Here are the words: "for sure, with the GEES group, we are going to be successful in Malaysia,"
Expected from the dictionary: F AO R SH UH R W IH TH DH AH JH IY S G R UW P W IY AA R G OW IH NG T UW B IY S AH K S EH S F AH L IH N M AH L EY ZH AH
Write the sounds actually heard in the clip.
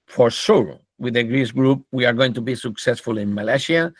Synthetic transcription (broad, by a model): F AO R S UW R W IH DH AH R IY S G R UW P W IY AA R G OW IH NG T UW B IY S AH K S EH S F AH L IH N M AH L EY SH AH